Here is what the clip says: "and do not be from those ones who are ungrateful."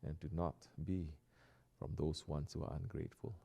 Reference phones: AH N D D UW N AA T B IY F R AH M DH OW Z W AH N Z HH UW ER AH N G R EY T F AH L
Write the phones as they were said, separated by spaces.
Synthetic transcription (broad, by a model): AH N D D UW N AA T B IY F R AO M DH OW S W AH N S HH UW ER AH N G R EY T F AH L